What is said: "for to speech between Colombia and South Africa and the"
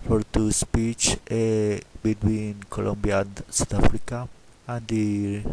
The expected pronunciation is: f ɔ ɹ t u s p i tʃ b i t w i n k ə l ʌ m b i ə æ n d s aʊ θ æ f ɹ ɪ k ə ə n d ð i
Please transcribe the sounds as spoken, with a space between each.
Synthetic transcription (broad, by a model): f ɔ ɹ t u s p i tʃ b i t w i n k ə l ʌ m b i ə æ n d s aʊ t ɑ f ɹ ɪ k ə ə n d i